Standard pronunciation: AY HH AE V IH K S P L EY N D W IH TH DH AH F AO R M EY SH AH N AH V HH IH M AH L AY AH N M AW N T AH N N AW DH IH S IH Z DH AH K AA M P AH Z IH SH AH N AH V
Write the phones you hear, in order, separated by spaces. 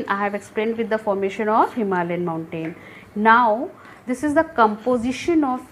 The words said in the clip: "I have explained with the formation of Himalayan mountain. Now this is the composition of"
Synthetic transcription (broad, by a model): AY HH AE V IH K S P L EY N D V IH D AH F AO R M EY SH AH N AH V HH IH M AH L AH N M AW N T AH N N AW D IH S IH Z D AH K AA M P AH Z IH SH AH N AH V